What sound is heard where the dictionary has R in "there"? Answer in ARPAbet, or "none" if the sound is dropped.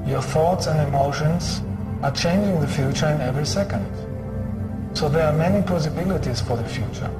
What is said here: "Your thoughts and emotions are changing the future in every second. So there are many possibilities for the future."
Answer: R